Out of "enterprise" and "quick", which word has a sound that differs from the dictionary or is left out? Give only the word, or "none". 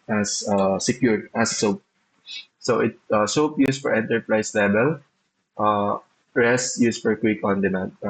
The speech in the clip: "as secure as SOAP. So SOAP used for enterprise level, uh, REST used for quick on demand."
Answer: enterprise